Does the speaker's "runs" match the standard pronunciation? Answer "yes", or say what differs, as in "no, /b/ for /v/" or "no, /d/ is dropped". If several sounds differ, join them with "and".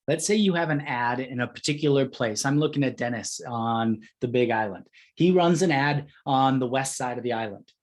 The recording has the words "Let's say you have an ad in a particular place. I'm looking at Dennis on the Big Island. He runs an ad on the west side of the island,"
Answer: yes